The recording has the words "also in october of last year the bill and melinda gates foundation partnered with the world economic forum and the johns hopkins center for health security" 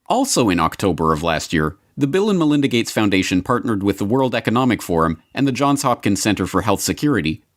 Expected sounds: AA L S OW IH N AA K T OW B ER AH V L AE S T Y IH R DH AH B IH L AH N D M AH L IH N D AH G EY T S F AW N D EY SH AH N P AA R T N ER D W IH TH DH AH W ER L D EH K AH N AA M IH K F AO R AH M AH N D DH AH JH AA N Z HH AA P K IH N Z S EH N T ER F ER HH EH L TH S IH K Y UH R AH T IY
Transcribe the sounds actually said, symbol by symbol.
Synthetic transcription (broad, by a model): AA L S OW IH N AA K T OW B ER AH V L AE S T Y IH R DH AH B IH L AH N M AH L IH N D AH G EY T S F AW N D EY SH AH N P AA R T N ER D W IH DH AH W ER L D EH K AH N AA M IH K F AO R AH M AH N DH AH JH AA N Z HH AA P K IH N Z S EH N T ER F ER HH EH L TH S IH K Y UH R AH T IY